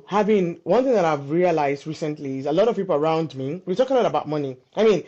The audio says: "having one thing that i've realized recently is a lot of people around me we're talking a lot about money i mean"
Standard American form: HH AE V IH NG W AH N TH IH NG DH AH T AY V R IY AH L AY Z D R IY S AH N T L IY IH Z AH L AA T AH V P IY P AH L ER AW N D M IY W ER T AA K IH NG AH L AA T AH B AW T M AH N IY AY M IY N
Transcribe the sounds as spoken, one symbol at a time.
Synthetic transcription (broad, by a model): HH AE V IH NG W AH N TH IH NG DH AH T AY V R IY AH L AY Z D R IY S AH N T L IY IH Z AH L AA T AH V P IY P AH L ER AW N D M IY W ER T AA K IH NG AH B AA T AH B AW T M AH N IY AY M IY N